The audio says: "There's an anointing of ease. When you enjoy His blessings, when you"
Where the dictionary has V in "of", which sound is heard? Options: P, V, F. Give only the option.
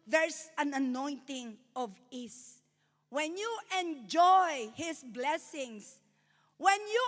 V